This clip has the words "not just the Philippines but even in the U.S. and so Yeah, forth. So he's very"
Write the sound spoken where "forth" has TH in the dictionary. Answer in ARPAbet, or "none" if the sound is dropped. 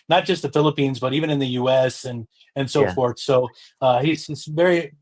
TH